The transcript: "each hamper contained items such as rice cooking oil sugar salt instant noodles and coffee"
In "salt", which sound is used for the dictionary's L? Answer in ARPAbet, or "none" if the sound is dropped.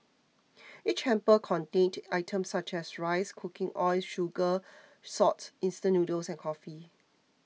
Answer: none